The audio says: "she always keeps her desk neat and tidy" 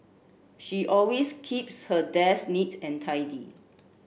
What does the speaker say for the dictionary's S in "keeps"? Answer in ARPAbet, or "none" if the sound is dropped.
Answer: S